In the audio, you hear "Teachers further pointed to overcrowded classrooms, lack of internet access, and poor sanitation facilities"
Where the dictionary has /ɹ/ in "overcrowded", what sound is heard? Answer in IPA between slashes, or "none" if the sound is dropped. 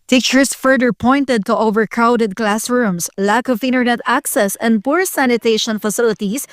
/ɹ/